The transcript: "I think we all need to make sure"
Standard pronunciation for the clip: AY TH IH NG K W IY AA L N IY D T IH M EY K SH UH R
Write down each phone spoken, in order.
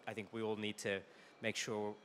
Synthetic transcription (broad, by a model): AY TH IH NG K W IY AA L N IY D T IH M EY K SH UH R